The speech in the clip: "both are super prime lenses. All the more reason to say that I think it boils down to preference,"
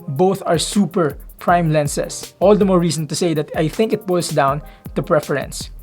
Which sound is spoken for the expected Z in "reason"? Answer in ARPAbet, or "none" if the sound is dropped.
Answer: S